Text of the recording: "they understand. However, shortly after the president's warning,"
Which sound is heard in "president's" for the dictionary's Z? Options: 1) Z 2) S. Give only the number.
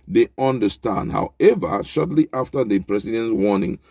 2